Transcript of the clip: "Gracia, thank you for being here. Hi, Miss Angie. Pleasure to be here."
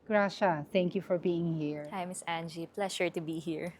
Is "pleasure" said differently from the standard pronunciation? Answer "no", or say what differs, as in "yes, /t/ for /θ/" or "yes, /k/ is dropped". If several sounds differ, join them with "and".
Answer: yes, /ʃ/ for /ʒ/